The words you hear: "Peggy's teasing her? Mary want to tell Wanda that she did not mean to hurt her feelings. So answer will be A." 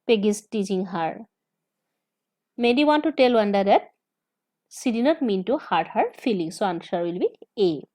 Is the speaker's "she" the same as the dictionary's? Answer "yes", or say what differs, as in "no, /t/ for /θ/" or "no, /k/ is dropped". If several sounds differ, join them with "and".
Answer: no, /s/ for /ʃ/